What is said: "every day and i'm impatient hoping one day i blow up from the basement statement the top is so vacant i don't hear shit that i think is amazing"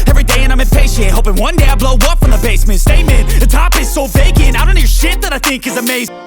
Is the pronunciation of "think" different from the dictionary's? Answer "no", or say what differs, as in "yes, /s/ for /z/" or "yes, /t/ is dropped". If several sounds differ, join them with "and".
no